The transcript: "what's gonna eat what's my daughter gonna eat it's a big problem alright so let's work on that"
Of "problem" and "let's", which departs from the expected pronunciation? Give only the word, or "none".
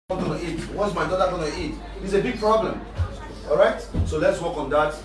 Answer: none